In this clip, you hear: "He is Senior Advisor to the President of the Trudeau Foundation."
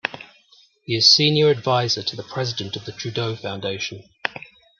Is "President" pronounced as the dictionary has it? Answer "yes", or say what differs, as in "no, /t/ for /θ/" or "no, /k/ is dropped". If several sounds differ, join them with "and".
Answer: yes